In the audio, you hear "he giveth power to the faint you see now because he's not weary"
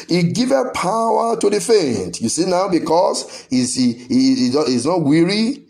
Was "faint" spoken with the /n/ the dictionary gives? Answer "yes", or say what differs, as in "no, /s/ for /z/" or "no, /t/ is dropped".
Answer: yes